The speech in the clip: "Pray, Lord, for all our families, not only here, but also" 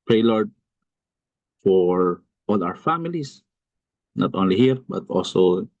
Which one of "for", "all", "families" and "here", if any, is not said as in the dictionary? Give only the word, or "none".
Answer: families